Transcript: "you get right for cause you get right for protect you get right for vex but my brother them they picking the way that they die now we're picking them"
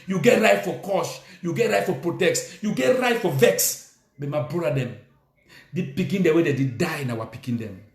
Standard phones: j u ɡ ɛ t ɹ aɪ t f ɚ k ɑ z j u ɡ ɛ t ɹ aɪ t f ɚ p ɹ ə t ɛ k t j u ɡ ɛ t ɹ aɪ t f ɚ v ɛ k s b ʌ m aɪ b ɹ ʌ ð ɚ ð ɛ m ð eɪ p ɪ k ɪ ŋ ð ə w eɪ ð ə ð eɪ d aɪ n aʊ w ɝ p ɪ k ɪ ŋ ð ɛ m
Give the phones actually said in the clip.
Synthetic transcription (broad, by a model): j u ɡ ɛ t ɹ aɪ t f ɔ k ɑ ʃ j u ɡ ɛ t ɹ aɪ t f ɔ p ɹ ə t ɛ k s j u ɡ ɛ t ɹ aɪ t f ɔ v ɛ k s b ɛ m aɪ b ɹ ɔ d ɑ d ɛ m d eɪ p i k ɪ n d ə w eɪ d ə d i d aɪ n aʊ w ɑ p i k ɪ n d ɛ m